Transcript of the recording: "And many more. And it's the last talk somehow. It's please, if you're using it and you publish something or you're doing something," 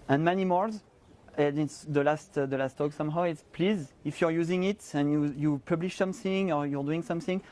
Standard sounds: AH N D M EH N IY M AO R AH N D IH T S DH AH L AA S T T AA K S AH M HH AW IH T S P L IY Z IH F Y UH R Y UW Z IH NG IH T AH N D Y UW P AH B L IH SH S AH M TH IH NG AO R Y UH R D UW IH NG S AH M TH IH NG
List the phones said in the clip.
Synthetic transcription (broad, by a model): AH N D M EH N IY M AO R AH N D IH T S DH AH L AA S T T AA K S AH M HH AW IH T S P L IY Z IH F Y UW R Y UW Z IH NG IH T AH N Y Y UW P AH B L IH SH S AH M TH IH NG AO R Y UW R D UW IH NG S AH M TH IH NG